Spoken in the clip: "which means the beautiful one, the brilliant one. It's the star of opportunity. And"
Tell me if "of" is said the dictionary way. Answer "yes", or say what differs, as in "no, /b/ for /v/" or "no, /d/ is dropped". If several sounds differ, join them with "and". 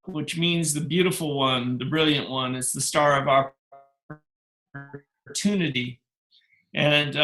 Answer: yes